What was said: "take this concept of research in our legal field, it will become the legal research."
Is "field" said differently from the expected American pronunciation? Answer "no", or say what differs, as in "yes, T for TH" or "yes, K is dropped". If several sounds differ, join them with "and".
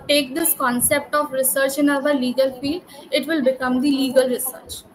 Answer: no